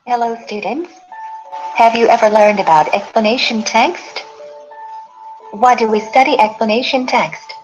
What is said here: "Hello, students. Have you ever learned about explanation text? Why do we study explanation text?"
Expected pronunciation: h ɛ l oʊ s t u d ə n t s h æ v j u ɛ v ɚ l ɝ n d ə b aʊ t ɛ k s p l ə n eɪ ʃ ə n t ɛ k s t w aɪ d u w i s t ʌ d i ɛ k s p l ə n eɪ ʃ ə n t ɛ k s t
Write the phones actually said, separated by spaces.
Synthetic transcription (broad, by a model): h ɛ l oʊ s t u d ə n t s h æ v j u ɛ v ɚ l ɝ n d ə b aʊ t ɛ k s p l ə n eɪ ʃ ə n t ɛ k s t w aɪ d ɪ w i s t ʌ d i ɛ k s p l ə n eɪ ʃ ə n t ɛ k s t